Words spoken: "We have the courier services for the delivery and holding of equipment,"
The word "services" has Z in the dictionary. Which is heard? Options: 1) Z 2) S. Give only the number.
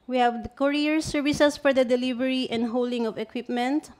2